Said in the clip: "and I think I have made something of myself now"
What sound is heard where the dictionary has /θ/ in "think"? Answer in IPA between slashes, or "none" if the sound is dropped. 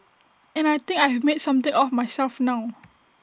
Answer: /t/